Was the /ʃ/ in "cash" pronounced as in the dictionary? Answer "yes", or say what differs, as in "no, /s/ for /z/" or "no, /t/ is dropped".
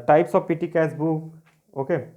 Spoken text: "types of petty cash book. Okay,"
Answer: no, /s/ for /ʃ/